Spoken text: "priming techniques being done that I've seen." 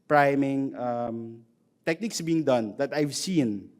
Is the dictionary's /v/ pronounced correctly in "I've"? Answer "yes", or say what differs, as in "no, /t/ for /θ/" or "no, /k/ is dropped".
yes